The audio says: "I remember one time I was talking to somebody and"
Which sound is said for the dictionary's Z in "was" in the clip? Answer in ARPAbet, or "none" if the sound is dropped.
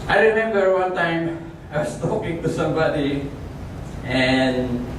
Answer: S